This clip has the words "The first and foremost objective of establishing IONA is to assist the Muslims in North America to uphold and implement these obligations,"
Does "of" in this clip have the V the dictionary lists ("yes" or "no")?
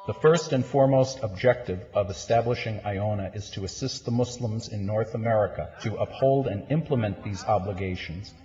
yes